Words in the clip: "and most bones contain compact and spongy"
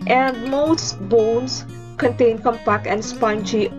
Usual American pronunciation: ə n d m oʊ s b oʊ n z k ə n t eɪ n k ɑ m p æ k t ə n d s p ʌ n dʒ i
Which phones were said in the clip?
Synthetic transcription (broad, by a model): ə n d m oʊ s b oʊ n s k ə n t eɪ n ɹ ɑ m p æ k ə n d s p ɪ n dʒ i